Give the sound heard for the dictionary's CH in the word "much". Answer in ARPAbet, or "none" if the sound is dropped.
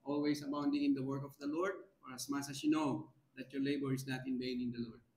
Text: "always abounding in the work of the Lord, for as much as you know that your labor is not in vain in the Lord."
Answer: S